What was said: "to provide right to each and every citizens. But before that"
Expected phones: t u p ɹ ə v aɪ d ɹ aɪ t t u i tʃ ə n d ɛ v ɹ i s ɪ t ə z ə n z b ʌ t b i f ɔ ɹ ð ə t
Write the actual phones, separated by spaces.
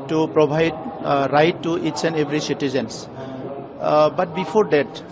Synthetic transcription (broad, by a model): t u p ɹ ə b aɪ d ɹ aɪ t t u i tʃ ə n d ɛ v ɹ i s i t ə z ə n s b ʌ t b i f ɔ ɹ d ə t